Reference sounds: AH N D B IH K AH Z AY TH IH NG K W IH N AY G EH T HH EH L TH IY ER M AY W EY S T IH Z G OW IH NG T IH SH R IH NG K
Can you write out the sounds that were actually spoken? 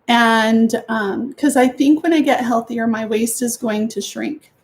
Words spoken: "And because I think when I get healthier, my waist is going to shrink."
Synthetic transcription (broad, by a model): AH N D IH K AH Z AY TH IH NG K W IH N AY G EH T HH EH L TH IY ER M AY W EY S T IH Z G OW IH NG T IH SH R IH NG K